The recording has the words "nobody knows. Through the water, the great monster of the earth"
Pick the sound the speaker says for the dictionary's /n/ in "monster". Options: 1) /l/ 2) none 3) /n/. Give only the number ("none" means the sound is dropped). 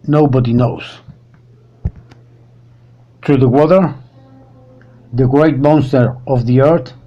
3